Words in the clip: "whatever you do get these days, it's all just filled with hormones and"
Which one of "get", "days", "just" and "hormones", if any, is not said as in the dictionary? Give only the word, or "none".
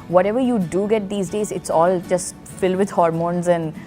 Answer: none